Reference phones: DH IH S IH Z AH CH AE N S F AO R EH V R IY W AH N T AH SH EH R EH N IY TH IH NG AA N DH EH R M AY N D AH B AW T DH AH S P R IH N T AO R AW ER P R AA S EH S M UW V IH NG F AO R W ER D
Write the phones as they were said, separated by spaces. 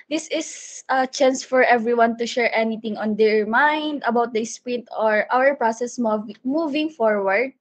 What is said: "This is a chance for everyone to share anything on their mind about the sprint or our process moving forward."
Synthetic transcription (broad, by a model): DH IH S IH S AH CH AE N S F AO R EH V R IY W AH N T AH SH EH R EH N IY T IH NG AA N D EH R M AY N D AH B AW T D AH S P R IH N T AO R AW ER P R AA S EH S M UW V IH NG F AO R W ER D